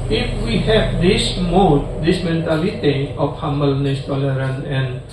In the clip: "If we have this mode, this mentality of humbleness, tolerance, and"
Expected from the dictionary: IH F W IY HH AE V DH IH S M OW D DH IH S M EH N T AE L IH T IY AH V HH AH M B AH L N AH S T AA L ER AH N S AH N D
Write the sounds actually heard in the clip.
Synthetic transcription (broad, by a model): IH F W IY HH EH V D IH S M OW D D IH S M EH N T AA L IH T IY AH F HH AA M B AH L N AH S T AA L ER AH N AH N